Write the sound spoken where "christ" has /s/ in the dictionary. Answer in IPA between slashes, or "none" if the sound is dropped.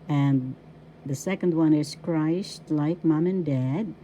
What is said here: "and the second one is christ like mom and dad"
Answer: /ʃ/